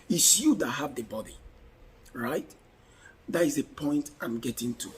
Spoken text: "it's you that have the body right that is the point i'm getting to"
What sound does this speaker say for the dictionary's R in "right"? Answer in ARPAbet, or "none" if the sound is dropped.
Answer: R